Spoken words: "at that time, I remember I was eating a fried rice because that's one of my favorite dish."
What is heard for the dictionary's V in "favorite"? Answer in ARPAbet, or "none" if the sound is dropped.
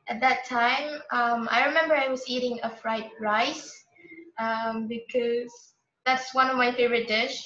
V